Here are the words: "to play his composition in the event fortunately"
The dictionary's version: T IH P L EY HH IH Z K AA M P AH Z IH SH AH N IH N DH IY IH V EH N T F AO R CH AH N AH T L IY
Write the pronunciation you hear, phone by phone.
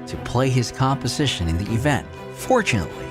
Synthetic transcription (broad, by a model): T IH P L EY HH IH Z K AA M P AH Z IH SH AH N IH N DH IY IH V EH N T F AO R CH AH N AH T L IY